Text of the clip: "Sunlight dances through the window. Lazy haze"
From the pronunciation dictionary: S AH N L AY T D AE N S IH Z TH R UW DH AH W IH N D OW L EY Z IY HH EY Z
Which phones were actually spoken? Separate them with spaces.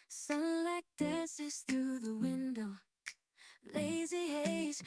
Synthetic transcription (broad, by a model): S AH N L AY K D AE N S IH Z TH R UW DH AH W IH N D OW L EY Z IY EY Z